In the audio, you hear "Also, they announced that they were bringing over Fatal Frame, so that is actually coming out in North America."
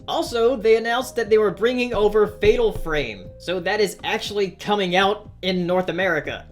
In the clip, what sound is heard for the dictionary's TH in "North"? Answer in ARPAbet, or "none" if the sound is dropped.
TH